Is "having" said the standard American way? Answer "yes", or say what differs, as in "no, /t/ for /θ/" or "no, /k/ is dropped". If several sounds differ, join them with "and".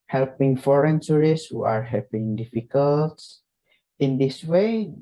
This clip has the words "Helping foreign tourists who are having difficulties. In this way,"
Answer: no, /p/ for /v/